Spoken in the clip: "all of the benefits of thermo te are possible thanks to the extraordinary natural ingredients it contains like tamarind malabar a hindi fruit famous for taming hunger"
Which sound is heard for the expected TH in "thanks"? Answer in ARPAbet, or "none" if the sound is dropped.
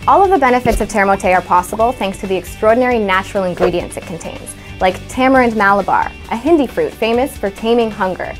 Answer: TH